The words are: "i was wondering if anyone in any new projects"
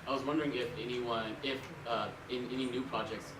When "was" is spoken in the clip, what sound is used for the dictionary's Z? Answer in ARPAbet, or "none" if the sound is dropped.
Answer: Z